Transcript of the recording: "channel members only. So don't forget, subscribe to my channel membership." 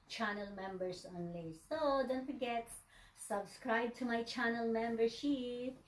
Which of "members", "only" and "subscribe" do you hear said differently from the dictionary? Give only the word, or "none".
members